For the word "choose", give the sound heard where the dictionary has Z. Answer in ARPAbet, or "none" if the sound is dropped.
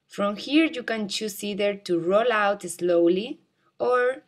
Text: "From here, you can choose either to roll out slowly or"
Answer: S